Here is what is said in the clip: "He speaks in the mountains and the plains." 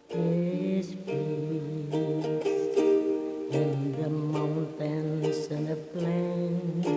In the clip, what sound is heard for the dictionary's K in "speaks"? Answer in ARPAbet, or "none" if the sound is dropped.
none